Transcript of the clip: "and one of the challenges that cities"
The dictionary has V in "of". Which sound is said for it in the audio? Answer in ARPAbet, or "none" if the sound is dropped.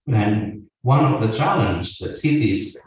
V